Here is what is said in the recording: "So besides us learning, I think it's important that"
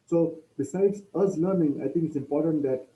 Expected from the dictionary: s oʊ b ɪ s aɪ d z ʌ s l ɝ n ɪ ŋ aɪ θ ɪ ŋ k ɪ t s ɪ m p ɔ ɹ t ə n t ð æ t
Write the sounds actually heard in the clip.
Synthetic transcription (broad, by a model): s oʊ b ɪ s aɪ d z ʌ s l ɝ n ɪ ŋ aɪ t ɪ ŋ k ɪ t s ɪ m p ɔ ɹ t ə n t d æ t